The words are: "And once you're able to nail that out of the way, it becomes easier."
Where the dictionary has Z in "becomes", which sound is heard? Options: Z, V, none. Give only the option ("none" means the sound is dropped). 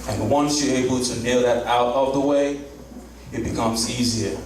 Z